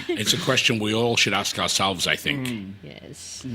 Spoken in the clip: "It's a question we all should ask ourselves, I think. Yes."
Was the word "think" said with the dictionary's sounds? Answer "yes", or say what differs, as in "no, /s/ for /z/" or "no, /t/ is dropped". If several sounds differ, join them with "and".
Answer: yes